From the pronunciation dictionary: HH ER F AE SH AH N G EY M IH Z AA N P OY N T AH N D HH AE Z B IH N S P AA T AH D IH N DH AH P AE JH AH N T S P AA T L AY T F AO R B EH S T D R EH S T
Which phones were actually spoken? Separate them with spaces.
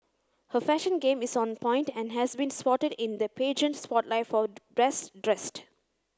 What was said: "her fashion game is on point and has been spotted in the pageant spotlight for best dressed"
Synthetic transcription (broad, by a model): HH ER F AE SH AH N G EY M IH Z AA N P OY N T AH N D HH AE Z B IH N S P AA T AH D IH N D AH P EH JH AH N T S P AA T L AY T F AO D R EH S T D R EH S T